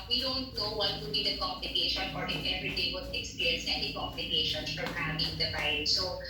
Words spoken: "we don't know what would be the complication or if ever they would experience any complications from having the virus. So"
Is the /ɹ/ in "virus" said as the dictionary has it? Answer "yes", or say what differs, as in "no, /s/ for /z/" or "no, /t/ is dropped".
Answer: no, /ɹ/ is dropped